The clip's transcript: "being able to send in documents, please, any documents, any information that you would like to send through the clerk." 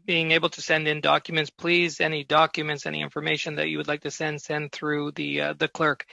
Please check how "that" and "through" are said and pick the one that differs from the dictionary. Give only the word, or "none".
none